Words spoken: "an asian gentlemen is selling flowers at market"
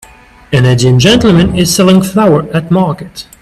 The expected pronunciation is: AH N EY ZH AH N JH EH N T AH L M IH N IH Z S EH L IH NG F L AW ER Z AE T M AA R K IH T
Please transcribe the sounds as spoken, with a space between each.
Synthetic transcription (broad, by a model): AH N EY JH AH N JH EH N T L M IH N IH Z S EH L IH NG F L AW ER AE T M AA R K IH T